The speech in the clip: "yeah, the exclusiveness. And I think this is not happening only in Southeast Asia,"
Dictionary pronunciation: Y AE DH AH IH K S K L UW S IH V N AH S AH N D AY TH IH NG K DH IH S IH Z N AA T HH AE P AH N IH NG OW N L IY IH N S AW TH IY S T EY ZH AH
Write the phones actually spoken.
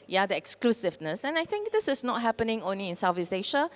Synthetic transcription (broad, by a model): Y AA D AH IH K S K L UW S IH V N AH S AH N AY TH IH NG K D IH S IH S N AA T HH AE P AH N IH NG OW N L IY IH N S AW F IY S EY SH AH